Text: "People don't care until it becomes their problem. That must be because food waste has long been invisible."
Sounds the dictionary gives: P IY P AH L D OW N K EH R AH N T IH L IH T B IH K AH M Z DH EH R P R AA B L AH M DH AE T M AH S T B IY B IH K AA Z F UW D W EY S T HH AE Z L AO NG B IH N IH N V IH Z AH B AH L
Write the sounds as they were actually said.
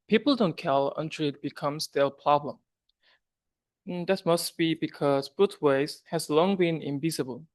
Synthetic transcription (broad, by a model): P IY P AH L D OW N K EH L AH N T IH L IH T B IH K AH M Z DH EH P R AA B L AH M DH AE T M AH S T B IY B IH K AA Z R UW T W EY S HH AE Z L AO NG B IH N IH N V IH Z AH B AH L